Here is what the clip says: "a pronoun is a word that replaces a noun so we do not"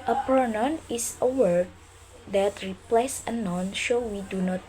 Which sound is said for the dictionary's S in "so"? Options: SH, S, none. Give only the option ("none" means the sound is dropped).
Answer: SH